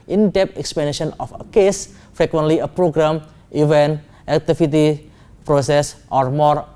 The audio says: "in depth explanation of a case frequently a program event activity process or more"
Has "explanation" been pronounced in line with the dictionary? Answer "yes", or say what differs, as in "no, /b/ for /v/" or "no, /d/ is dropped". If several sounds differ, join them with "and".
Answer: no, /l/ is dropped